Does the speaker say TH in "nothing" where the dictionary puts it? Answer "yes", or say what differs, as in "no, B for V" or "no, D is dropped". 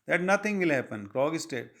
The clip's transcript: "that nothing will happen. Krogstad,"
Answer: no, T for TH